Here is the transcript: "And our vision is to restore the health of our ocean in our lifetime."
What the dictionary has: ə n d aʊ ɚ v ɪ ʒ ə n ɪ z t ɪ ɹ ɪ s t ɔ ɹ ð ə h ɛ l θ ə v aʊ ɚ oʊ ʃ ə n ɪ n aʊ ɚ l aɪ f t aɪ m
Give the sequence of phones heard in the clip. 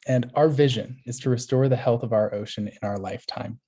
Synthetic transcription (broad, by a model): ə n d aʊ ɚ v ɪ ʒ ə n ɪ z t ɪ ɹ ɪ s t ɔ ɹ ð ə h ɛ l θ ə v aʊ ɚ oʊ ʃ ə n ɪ n aʊ ɚ l aɪ f t aɪ m